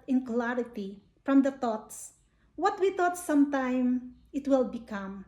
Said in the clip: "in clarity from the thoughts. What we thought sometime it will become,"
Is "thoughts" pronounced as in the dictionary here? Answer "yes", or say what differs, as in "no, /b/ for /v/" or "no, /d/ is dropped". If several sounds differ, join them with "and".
no, /t/ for /θ/